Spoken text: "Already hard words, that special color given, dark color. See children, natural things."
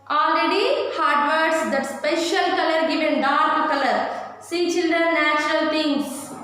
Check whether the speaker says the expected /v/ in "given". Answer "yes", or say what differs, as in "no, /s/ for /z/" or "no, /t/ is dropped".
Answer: yes